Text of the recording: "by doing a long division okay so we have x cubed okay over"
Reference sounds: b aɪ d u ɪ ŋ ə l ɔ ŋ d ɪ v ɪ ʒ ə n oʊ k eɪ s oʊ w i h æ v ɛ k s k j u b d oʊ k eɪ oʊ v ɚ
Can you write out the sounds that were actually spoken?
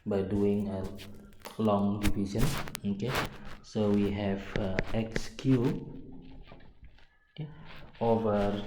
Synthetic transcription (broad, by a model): b aɪ d u ɪ ŋ ə l ɔ ŋ d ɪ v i s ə n oʊ k eɪ s oʊ w i h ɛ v ɛ k s k j u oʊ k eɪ oʊ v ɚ